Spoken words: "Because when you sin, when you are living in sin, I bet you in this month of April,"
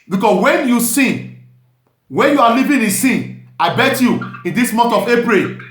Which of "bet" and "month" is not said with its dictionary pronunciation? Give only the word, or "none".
month